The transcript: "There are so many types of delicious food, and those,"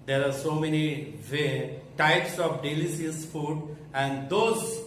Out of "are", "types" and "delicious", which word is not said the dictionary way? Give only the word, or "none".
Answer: delicious